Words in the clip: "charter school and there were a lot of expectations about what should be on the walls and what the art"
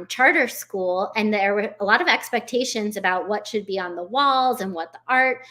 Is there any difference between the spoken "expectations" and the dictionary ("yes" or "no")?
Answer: no